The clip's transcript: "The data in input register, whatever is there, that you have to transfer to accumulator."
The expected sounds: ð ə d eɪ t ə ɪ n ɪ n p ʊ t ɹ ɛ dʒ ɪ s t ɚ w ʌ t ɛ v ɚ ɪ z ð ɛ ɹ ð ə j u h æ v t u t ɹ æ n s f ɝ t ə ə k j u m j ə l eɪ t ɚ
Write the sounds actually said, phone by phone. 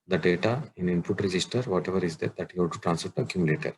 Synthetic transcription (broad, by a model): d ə d eɪ t ə ɪ n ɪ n p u t ɹ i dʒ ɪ s t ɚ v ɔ t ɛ v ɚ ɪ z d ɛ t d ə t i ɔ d t u t ɹ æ n s p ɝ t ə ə k j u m j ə l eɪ t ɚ